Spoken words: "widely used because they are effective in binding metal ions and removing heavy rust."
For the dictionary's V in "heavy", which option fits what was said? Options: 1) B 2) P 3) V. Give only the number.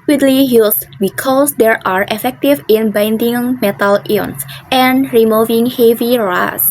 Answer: 3